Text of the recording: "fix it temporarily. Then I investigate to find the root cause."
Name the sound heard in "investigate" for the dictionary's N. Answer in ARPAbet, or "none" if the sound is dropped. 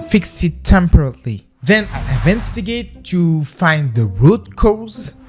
none